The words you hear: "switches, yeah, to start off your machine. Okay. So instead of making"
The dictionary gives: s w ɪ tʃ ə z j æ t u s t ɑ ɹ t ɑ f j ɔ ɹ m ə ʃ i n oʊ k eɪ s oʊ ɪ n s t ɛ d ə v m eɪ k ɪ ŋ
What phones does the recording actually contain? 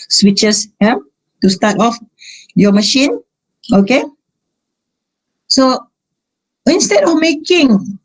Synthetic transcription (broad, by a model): s w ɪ tʃ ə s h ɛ t u s t ɑ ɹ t ɑ f j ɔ m ə ʃ i n oʊ k eɪ s oʊ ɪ n s t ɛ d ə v m eɪ k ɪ ŋ